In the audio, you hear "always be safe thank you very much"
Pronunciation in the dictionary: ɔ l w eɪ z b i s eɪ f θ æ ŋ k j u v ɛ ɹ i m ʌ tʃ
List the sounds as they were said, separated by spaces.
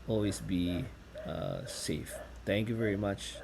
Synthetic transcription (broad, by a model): ɔ l w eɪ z b i s eɪ f t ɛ ŋ k j u v ɛ ɹ i m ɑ tʃ